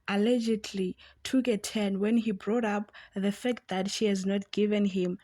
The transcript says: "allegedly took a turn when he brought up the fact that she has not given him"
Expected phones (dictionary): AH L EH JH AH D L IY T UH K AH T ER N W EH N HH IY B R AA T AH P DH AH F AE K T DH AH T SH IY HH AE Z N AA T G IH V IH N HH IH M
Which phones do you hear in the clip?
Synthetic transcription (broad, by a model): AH L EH JH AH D L IY T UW K AH T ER N W EH N HH IY B R AA T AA P DH AH F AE K T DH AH T SH IY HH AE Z N AA T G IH V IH N HH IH M